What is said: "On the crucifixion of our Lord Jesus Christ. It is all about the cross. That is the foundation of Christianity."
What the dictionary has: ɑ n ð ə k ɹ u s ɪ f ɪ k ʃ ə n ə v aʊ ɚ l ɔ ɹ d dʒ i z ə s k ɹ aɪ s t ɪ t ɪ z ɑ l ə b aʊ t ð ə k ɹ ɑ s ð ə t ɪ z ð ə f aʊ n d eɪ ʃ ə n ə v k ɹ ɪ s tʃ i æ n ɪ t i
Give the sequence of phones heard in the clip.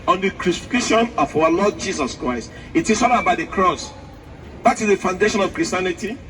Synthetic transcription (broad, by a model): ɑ n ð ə k ɹ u s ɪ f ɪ k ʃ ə n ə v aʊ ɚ l ɔ d dʒ i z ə s k ɹ aɪ s t ɪ t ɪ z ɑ n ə b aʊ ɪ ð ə k ɹ ɑ s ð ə t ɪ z ð ə f aʊ n d eɪ ʃ ə n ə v k ɹ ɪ s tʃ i n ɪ t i